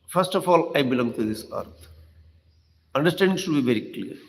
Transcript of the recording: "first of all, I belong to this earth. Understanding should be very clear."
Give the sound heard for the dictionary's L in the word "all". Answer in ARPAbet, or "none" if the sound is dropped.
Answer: L